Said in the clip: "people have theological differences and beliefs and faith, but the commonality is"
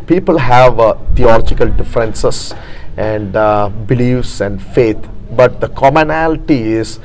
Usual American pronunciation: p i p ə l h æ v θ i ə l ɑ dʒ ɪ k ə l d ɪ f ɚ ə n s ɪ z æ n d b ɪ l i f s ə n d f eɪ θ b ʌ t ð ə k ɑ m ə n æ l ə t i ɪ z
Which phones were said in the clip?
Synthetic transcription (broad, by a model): p i p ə l h æ v t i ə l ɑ dʒ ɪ k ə l d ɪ f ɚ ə n s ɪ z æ n d b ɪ l i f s ə n d f eɪ t b ʌ t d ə k ɑ m ə n æ l ə t i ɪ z